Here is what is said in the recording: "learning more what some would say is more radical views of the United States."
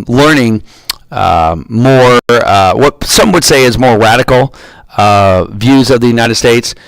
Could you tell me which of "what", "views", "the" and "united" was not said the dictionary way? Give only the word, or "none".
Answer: none